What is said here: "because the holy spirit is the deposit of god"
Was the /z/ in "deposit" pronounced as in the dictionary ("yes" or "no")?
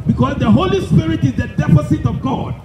no